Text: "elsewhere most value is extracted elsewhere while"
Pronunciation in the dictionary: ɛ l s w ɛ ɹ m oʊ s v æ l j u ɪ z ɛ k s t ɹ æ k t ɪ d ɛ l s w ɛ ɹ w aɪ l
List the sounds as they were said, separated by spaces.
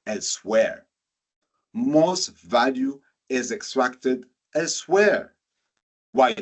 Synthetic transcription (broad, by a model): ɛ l s w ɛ ɹ m oʊ s v æ l j u ɪ z ɛ k s t ɹ æ k t ɪ d ɛ l s w ɛ ɹ w aɪ